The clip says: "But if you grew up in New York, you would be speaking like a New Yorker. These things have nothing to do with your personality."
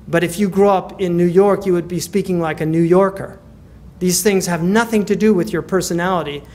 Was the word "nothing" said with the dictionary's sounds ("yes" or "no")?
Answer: yes